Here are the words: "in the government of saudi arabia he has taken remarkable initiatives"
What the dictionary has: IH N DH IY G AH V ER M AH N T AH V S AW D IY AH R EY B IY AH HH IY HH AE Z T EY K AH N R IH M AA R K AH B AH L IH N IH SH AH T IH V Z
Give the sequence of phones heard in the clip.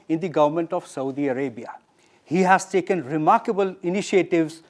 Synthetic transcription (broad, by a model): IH N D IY G AH V ER M AH N T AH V S AW D IY AH R EY B IY AH HH IY HH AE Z T EY K AH N R IH M AA R K AH B AH L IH N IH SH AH T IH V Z